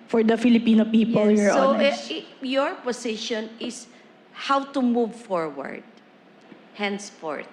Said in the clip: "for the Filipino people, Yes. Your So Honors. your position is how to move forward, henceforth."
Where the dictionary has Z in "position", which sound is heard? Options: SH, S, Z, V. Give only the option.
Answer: S